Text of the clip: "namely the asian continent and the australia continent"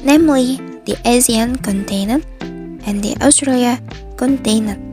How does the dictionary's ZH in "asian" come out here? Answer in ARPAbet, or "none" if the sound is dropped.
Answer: Z